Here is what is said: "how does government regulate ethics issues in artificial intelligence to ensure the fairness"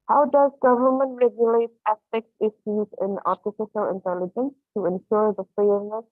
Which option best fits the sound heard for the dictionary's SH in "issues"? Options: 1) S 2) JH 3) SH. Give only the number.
1